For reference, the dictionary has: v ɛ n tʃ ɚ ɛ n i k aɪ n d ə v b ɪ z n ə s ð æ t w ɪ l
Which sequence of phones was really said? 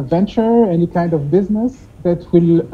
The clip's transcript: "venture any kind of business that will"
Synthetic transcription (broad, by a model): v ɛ n tʃ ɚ ɛ n i k aɪ n d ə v b ɪ z n ə s ð æ t w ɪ l